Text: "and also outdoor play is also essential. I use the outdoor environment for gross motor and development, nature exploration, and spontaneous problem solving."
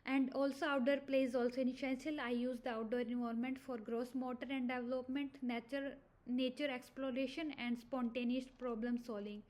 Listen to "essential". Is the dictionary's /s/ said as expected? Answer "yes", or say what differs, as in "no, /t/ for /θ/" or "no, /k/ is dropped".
no, /ʃ/ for /s/